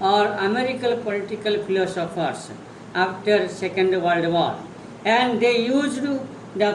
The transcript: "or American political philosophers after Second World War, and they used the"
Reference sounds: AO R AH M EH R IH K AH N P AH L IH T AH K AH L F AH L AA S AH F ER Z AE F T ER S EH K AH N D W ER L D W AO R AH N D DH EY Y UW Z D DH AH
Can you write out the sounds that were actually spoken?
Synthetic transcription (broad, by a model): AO R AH M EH R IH K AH L P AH L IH T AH K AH L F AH L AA S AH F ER S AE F T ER S EH K AH N D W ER L D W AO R AH N D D EY Y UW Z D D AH